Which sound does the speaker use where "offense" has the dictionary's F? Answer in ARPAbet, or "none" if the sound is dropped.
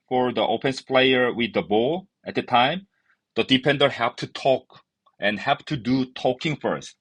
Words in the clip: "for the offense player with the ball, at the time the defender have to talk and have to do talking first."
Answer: P